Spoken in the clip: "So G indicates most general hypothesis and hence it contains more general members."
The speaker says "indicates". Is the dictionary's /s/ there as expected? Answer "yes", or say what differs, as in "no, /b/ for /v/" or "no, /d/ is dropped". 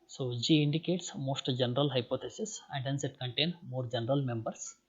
yes